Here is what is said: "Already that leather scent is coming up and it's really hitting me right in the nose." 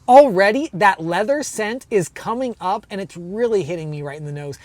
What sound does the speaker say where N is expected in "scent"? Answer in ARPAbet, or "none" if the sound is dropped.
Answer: N